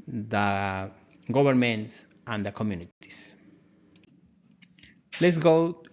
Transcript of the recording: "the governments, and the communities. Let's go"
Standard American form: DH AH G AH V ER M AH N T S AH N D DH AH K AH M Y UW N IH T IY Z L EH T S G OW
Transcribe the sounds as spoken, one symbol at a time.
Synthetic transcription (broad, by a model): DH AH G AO B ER M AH N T S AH N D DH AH K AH M Y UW N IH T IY S L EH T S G OW